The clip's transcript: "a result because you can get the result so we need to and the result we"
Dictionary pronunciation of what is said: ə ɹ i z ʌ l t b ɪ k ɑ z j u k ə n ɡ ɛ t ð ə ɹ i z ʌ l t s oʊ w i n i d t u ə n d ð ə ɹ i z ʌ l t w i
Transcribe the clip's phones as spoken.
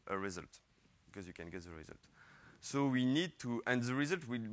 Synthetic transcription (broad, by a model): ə ɹ i z ʌ l t b ɪ k ɑ z j u k ə n ɡ ɛ t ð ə ɹ i z ʌ l t s oʊ w i n i d t u ə n d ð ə ɹ i z ʌ l t w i